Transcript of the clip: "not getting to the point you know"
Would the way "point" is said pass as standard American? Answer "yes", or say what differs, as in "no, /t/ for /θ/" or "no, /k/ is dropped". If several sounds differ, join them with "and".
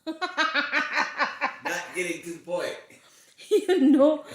no, /n/ is dropped